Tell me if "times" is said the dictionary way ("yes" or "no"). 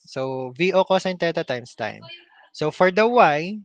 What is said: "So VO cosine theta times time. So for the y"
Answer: no